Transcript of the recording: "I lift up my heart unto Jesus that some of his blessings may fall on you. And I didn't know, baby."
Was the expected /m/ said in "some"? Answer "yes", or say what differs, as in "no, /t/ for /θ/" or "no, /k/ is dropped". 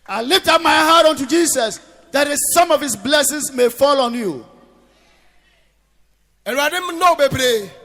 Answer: yes